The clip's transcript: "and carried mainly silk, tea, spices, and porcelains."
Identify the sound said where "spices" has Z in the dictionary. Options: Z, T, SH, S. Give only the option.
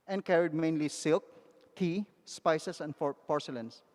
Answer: S